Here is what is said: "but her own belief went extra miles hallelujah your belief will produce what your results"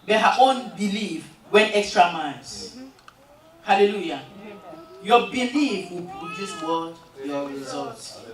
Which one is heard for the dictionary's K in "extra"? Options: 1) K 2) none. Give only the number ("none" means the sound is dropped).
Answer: 1